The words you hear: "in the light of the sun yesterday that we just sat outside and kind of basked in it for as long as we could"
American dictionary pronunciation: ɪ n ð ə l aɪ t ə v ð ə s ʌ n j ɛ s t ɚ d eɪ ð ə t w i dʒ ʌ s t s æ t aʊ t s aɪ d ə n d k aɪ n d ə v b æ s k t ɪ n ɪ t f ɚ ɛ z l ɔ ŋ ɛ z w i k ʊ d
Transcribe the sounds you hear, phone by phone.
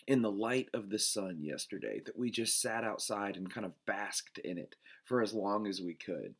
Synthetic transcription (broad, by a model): ɪ n ð ə l aɪ t ə v ð ə s ʌ n j ɛ s t ɚ d eɪ ð ə t w i dʒ ʌ s t s æ t aʊ t s aɪ d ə n k aɪ n d ə v b æ s k t ɪ n ɪ t f ɚ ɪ z l ɔ ŋ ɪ z w i k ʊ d